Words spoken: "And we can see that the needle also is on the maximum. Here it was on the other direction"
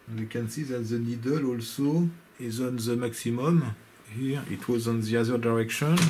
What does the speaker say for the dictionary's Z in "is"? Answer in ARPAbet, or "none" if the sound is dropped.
Z